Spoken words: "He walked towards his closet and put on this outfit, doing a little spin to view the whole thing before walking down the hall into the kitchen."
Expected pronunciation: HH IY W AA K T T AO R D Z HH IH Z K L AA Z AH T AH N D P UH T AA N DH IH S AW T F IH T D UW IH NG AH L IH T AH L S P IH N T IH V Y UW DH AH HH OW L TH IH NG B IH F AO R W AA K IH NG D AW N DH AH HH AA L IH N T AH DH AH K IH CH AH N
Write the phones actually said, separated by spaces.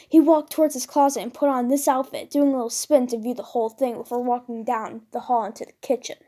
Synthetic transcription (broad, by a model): HH IY W AA K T T AO R D Z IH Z K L AA Z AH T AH N P UH T N DH IH S AW T F IH T D UW IH NG AH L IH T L S P IH N T IH V Y UW DH AH HH OW L TH IH NG B IH F AO R W AA K IH NG D AW N DH AH HH AA L IH N T AH DH AH K IH CH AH N